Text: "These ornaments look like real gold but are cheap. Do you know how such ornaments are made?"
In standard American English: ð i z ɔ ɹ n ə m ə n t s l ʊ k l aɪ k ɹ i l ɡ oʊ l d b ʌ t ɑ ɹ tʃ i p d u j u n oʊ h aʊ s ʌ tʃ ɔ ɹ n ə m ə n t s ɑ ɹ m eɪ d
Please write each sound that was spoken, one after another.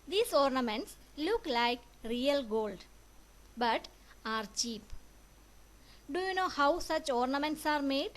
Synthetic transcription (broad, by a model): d i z ɔ ɹ n ə m ə n t s l ʊ k l aɪ k ɹ i l ɡ oʊ l d b ʌ t ɑ ɹ tʃ i p d u j u n oʊ h aʊ s ʌ tʃ ɔ ɹ n ə m ə n t s ɑ ɹ m eɪ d